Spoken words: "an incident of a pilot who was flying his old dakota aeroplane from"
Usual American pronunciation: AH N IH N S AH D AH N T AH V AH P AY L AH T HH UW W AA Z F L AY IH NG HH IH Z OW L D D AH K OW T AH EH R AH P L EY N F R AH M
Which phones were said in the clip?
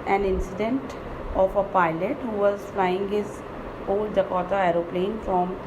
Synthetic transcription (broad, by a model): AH N IH N S AH D AH N T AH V AH P AY L AH T HH UW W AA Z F L AY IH NG HH IH Z OW L D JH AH K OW T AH EH R AH P L EY N F R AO M